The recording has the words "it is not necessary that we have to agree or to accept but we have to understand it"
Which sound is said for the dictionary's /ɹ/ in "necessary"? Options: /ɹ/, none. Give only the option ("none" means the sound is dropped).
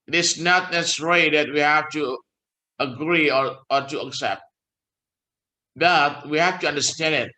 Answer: none